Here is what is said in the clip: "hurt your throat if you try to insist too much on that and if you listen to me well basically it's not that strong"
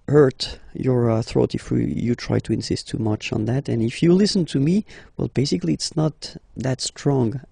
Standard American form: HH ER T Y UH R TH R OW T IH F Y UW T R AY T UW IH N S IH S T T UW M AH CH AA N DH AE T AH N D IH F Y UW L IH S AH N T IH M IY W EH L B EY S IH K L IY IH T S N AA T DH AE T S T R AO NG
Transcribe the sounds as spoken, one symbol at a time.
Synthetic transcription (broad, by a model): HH ER T Y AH R TH R OW T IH F Y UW T R AY T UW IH N S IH S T T UW M AH CH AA N DH AE T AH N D IH F Y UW L IH S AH N T IH M IY W EH L B EY S IH K L IY IH T S N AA T DH AE T S T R AO NG